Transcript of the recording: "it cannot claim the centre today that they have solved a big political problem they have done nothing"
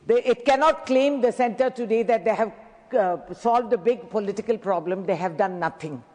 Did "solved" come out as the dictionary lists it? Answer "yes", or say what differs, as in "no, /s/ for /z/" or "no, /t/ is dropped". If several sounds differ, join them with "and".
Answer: yes